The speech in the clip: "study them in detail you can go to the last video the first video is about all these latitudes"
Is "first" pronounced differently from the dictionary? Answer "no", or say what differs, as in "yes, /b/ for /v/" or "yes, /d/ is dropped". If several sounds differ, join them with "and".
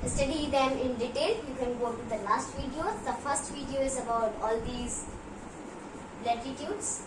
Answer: no